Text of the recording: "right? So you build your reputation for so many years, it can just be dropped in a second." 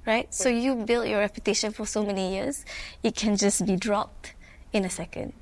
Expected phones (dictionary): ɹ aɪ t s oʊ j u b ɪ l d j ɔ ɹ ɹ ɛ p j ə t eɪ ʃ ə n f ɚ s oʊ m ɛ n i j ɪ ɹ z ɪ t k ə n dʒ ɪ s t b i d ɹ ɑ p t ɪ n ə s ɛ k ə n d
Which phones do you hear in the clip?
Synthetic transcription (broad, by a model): ɹ aɪ t s oʊ j u b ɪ l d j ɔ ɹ ɹ ɛ p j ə t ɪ ʃ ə n f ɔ s oʊ m ɛ n i j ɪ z ɪ t k ə n dʒ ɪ s b i d ɹ ɑ p t ɪ n ə s ɛ k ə n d